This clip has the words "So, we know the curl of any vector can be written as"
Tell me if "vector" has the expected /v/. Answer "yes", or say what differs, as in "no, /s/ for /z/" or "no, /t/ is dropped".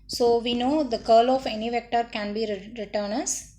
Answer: yes